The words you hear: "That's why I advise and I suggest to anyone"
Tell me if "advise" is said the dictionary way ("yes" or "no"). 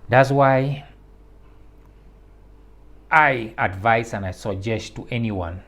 no